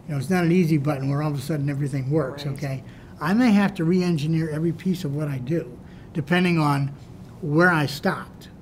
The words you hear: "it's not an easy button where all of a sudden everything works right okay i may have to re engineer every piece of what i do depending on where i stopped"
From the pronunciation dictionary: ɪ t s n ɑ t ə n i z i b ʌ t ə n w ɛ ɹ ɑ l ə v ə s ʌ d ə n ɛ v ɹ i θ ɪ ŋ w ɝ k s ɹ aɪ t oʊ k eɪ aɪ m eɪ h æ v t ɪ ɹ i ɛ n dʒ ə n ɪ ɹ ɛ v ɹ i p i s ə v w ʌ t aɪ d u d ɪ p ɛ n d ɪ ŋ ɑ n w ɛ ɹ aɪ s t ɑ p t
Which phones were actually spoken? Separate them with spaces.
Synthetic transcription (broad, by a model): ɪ t s n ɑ t ə n i z i b ʌ t n w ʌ ɹ ɑ l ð ə s ʌ d n ɛ v ɹ i θ ɪ ŋ w ɝ k s oʊ k eɪ aɪ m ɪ h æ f t ɪ ɹ i ɛ n dʒ ə n ɪ ɹ ɛ v ɹ i p i s ə v w ʌ t aɪ d u d ɪ p ɛ n d ɪ ŋ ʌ n w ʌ ɹ aɪ s t ɑ p t